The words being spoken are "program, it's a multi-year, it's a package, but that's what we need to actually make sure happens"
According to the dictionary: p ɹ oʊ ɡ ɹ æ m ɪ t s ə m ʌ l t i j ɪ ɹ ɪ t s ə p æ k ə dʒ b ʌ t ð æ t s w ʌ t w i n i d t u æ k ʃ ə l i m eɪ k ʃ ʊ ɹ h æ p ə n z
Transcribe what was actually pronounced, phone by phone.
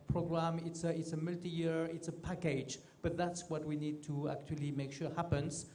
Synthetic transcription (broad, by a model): p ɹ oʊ ɡ ɹ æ m ɪ t s ə m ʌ l t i j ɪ ɹ ɪ t s ə p æ k ə dʒ b ʌ t ð æ t s w ʌ t w i n i d t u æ k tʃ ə l i m eɪ k ʃ ʊ ɹ h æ p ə n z